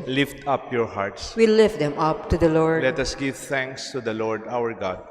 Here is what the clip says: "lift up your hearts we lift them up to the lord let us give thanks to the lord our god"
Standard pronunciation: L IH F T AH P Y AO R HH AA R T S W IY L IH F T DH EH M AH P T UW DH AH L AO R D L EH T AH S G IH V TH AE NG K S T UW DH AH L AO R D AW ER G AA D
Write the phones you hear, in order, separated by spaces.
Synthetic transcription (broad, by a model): L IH F T AH P Y AO R HH AA R T S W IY L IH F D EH M AH P T UW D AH L AO R D L EH T AH S G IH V T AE NG K S T UW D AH L AO R D AW ER G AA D